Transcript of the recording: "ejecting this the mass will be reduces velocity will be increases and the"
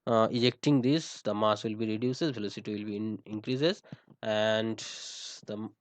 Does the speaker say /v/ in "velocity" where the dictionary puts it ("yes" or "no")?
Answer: no